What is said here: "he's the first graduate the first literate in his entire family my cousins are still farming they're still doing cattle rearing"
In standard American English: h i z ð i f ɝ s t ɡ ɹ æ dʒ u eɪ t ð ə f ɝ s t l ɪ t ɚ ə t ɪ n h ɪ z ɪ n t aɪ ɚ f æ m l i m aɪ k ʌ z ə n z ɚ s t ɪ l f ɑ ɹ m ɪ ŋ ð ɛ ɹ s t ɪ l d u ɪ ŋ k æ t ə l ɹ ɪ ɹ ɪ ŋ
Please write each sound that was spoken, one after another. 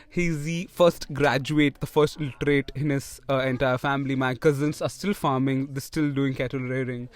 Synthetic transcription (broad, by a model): h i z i f ɝ s t ɡ ɹ æ dʒ u eɪ t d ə f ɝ s t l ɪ t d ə t ɪ n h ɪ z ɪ n t aɪ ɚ f æ m l i m aɪ k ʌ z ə n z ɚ s t ɪ l f ɑ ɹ m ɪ ŋ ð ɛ s t ɪ l d u ɪ ŋ k æ t ə l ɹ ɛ ɹ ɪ ŋ